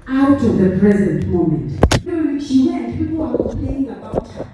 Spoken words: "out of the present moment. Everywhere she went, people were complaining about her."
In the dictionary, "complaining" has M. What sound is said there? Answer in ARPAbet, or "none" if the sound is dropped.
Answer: none